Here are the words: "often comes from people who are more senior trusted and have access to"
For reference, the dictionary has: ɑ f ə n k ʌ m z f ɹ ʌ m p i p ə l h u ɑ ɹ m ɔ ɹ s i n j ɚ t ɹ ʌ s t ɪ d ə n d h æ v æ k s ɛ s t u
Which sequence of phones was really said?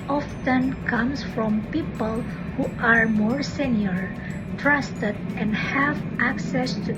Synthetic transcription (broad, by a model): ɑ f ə n k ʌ m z f ɹ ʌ m p i p ə l h u ɑ ɹ m ɔ ɹ s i n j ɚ t ɹ ʌ s t ɪ d ə n d h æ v æ k s ɛ s t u